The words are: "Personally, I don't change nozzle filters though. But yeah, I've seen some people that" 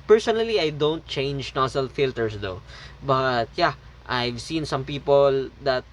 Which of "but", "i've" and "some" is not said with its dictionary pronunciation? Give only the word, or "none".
none